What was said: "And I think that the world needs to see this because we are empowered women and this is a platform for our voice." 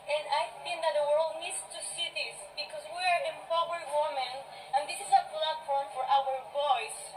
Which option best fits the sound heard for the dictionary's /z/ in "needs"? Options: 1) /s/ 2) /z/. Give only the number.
1